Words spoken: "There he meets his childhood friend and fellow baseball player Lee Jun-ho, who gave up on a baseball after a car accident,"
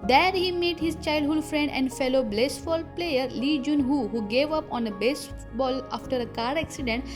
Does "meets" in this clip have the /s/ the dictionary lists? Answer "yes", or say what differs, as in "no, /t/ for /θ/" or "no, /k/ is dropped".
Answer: no, /s/ is dropped